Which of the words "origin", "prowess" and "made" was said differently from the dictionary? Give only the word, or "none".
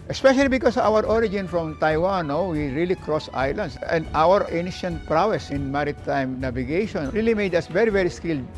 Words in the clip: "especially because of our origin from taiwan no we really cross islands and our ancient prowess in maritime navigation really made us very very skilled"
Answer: none